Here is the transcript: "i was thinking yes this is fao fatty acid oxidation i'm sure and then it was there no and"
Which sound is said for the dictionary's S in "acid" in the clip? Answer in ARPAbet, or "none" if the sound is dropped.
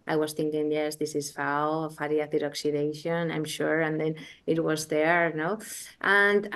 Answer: TH